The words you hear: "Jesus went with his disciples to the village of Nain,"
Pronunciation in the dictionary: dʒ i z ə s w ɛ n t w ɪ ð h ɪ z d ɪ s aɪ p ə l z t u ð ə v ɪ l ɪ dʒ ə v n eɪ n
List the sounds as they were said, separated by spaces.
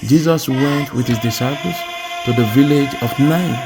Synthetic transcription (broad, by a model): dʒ i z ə s w ɛ n t w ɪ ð h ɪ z d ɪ s aɪ p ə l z t u ð ə v ɪ l ɪ dʒ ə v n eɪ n